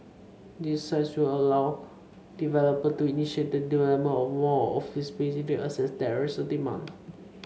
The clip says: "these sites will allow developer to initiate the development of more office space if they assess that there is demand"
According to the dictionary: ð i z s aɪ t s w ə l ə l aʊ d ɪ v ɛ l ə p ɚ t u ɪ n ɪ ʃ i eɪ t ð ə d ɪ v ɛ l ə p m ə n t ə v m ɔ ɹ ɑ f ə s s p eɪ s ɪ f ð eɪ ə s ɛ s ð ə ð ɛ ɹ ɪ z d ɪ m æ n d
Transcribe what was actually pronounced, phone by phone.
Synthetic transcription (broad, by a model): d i s aɪ t s w ə l ə l aʊ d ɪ v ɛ l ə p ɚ t u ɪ n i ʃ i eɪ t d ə d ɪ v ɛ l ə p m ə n ə f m ɔ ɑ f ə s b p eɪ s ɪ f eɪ ə s ɛ s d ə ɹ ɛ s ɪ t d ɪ m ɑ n